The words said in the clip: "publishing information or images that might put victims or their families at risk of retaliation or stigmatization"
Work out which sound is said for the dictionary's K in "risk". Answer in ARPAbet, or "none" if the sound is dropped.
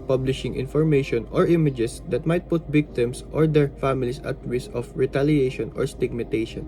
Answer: none